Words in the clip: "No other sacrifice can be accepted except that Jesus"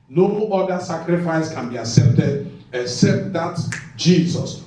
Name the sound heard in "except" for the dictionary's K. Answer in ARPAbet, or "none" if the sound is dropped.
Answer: K